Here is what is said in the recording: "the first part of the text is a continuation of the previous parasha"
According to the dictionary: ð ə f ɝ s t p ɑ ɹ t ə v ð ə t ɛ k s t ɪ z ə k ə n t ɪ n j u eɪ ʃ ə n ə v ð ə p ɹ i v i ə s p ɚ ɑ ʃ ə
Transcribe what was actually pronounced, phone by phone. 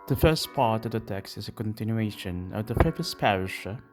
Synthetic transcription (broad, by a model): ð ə f ɝ s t p ɑ ɹ t ə v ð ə t ɛ k s t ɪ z ə k ə n t ɪ n j u eɪ ʃ ə n ə v ð ə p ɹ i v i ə s p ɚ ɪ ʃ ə